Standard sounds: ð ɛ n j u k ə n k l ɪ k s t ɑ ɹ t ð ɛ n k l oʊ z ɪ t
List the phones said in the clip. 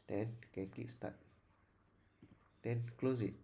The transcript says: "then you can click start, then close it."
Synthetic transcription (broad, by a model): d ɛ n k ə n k ɪ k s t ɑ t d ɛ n k l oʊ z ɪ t